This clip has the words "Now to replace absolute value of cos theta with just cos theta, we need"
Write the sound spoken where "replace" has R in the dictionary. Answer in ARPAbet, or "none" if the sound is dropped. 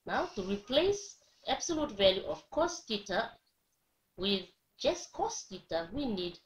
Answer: R